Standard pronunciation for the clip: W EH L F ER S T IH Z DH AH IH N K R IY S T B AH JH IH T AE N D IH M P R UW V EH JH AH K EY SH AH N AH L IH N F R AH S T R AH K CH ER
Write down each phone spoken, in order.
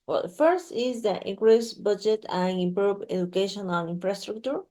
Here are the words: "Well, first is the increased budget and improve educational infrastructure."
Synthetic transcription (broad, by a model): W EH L F ER S T IH Z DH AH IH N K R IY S B AH JH IH T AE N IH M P R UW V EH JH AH K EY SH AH N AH N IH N F R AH S T R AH K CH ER